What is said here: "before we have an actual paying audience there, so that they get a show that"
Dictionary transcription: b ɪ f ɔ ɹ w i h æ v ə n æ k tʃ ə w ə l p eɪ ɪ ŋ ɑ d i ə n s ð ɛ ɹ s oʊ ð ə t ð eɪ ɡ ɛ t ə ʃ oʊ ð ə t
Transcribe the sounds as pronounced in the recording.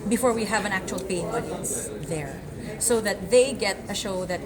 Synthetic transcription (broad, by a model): b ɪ f ɔ ɹ w i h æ v ə n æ k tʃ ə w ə l p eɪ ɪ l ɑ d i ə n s ð ɛ ɹ s oʊ ð ə t ð eɪ ɡ ɛ t ə ʃ oʊ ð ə t